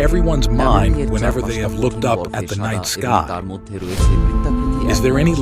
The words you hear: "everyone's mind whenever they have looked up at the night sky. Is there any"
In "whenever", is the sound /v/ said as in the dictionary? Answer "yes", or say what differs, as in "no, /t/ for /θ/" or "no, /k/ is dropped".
yes